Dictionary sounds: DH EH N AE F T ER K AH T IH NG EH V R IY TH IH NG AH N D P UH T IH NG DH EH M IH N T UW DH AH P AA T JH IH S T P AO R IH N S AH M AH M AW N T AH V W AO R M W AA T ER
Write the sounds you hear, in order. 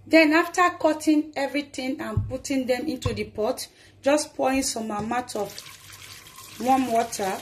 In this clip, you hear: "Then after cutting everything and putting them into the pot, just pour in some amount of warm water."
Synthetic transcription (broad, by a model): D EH N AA F T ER K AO T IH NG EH V R IY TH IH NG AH N P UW T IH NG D EH M IH N T UW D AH P AA T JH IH S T P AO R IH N S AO M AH M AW T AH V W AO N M W AA T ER